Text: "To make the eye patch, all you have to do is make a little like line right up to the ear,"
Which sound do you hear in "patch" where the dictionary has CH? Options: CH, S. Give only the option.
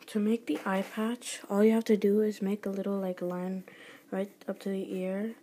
CH